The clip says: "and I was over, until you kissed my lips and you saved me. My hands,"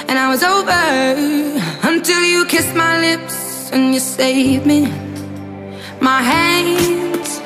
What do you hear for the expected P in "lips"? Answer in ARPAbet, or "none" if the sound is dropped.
P